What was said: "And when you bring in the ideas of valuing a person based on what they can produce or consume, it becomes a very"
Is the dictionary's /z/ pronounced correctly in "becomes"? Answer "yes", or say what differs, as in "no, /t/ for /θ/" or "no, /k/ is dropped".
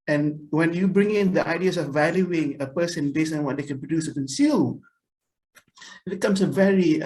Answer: no, /s/ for /z/